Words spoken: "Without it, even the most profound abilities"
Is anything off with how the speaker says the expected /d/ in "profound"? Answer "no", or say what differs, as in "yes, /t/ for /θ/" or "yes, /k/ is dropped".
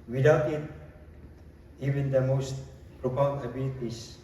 yes, /d/ is dropped